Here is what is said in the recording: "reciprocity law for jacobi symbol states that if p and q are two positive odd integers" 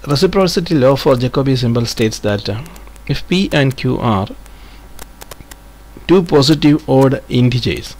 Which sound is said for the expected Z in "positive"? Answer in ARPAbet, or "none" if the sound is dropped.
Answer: S